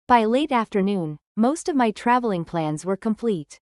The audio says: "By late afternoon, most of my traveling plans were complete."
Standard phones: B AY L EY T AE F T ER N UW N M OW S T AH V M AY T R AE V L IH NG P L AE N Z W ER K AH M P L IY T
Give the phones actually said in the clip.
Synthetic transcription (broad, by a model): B AY L EY T AE F T ER N UW N M OW S T AH V M AY T R AE V L IH NG P L AE N Z W ER K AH M P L IY T